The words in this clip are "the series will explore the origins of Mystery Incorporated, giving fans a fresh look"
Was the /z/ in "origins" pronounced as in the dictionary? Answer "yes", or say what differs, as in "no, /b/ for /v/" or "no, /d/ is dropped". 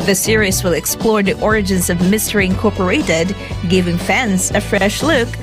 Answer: yes